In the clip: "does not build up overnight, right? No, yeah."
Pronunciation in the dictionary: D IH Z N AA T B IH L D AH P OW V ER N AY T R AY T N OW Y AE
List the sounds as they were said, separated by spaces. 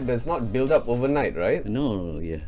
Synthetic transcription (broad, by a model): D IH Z N AA T B IH L D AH P OW V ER N AY T R AY T N OW Y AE